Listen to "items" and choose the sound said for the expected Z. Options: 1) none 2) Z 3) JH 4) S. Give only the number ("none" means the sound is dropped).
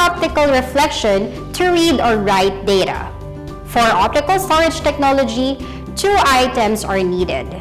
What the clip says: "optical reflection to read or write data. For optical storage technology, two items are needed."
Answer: 4